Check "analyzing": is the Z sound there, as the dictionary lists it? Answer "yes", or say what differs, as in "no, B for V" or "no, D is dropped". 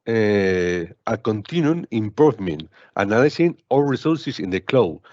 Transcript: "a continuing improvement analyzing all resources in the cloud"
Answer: no, S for Z